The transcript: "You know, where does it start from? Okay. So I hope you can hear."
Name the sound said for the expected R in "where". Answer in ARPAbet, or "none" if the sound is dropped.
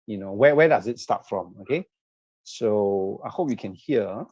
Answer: W